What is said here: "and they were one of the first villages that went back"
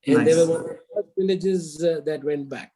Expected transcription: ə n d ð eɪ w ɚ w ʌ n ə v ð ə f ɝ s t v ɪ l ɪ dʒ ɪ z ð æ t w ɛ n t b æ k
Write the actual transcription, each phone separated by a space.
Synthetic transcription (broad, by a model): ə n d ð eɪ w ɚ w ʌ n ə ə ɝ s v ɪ l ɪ dʒ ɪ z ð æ t w ɛ n t b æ k